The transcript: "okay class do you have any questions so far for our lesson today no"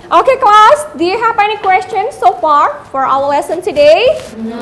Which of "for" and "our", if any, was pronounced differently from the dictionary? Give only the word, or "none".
our